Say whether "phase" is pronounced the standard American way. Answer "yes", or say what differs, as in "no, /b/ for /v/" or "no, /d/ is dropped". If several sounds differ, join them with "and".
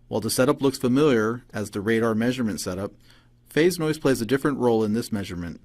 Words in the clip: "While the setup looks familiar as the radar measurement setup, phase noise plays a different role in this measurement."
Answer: yes